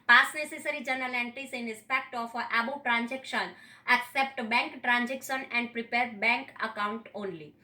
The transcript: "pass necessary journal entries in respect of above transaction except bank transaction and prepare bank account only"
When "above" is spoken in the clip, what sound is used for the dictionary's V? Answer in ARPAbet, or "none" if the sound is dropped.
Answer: B